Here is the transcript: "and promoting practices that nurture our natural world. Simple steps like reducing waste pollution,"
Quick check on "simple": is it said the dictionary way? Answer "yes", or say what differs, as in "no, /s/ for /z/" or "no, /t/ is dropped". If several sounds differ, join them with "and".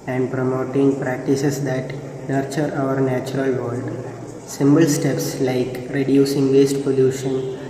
no, /b/ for /p/